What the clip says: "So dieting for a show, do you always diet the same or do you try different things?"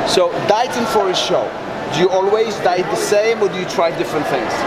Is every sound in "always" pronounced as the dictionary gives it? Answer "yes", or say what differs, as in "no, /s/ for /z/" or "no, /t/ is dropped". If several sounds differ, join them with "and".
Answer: yes